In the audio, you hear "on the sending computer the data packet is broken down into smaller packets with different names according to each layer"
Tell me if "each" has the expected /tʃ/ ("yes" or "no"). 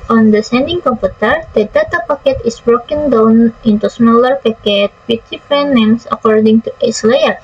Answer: no